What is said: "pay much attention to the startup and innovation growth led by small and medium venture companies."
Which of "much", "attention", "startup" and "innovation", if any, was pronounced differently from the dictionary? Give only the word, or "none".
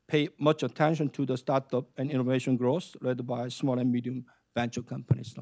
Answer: none